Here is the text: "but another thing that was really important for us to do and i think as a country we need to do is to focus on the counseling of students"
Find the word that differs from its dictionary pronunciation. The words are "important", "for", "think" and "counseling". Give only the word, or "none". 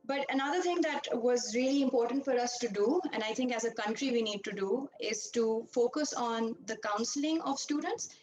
think